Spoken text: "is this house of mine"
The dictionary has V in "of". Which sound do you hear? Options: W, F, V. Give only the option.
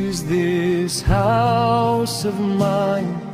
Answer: V